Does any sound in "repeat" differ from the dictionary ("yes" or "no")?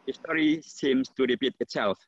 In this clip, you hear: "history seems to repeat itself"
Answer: yes